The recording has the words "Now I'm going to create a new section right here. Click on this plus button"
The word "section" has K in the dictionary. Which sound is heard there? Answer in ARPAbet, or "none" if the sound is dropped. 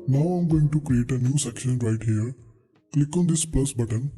K